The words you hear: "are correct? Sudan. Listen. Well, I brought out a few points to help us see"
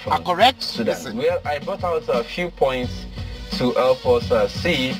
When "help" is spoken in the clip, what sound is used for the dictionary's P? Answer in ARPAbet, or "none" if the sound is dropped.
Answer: F